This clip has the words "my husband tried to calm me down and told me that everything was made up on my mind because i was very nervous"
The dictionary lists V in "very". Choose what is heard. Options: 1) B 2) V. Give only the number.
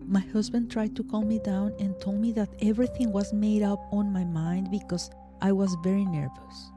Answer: 2